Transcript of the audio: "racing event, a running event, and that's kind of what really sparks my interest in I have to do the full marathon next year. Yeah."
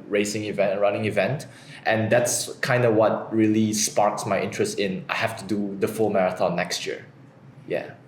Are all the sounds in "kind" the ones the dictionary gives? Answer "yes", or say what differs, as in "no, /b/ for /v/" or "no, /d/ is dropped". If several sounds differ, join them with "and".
yes